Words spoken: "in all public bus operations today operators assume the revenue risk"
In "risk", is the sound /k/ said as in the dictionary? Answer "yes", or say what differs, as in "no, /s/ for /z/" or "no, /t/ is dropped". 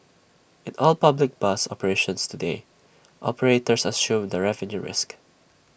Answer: yes